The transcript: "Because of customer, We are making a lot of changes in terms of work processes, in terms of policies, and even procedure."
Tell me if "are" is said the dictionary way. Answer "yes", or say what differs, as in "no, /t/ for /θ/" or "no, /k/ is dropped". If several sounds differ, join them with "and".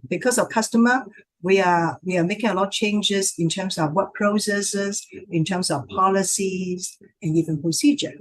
no, /w/ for /ɹ/